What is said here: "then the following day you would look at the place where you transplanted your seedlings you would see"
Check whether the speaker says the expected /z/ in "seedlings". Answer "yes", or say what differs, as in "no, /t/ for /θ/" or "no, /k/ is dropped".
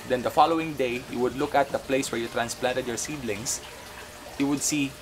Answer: no, /s/ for /z/